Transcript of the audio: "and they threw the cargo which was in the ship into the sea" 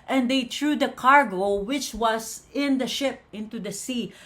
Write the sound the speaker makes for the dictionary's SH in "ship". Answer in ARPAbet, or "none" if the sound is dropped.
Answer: SH